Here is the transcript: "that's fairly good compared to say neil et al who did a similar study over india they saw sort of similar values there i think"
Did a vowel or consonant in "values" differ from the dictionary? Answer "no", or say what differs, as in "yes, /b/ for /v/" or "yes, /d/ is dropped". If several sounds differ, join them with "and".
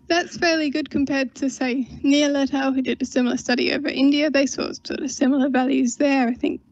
no